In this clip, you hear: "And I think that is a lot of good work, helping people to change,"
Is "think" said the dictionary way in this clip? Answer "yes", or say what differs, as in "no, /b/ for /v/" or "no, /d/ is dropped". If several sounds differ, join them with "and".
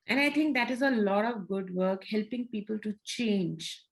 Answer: no, /t/ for /θ/